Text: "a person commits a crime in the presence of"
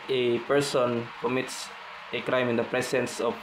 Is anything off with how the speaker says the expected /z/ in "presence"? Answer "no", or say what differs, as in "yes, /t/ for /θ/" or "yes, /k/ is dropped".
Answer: yes, /s/ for /z/